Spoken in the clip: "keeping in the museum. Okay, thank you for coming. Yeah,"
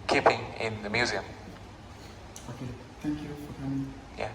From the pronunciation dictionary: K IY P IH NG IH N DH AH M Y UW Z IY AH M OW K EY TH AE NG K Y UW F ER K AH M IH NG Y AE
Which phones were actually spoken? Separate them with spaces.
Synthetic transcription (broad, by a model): K IY P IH NG IH N DH AH M Y UW Z IY AH M OW K EY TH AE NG K Y UW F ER K AH M IH NG Y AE